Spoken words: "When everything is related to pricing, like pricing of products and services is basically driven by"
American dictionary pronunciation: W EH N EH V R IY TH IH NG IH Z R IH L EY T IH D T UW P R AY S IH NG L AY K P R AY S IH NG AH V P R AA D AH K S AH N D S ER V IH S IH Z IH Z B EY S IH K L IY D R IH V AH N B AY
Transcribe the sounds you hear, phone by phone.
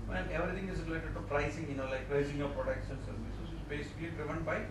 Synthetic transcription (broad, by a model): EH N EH V R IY T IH NG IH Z R IH L EY T IH D T UW P R AY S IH NG L AY K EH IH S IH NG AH P R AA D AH K SH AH N S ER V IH S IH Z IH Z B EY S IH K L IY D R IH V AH N B AY